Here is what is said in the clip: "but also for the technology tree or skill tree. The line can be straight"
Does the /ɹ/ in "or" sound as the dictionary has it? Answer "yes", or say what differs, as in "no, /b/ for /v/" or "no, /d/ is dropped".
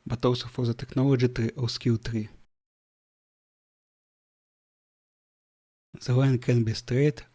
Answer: no, /w/ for /ɹ/